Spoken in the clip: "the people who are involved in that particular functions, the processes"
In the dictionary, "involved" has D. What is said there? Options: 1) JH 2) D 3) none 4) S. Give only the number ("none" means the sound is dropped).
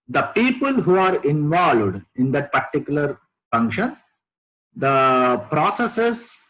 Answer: 2